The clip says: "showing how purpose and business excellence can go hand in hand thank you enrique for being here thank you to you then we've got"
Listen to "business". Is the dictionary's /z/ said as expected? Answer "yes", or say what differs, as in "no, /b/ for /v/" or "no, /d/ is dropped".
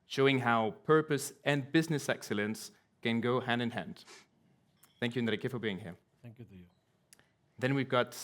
yes